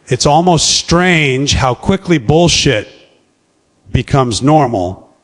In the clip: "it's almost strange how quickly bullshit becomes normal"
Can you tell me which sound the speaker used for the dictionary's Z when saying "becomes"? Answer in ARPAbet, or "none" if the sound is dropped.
Z